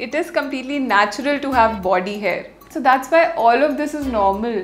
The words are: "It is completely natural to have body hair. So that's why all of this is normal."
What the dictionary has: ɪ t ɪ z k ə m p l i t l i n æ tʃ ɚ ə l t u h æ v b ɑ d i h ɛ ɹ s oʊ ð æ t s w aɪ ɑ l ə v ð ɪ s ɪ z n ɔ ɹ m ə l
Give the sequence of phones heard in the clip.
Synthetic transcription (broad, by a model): ɪ t ɪ z k ə m p l i t l i n æ tʃ ɚ ə l t u h æ v b ɑ d i h ɛ ɹ s oʊ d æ t s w aɪ ɑ l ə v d ɪ s ɪ z n ɔ ɹ m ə l